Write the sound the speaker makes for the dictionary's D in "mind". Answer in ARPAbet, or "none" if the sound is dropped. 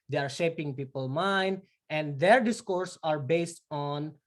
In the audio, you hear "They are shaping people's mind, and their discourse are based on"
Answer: D